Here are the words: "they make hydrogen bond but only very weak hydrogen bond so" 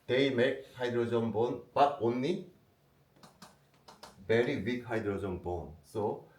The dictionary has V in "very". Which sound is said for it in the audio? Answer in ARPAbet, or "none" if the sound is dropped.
B